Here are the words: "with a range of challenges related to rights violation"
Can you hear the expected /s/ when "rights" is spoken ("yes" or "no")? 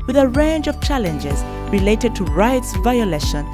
yes